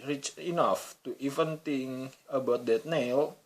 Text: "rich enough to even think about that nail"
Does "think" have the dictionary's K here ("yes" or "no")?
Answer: no